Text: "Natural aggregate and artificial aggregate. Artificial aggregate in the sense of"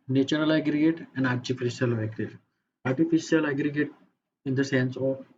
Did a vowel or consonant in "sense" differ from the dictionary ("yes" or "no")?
no